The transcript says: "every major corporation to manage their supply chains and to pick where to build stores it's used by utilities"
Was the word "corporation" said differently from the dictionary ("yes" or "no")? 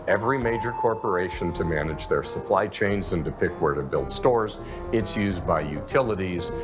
no